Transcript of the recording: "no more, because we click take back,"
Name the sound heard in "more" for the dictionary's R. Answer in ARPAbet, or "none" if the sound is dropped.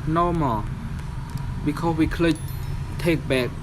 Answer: L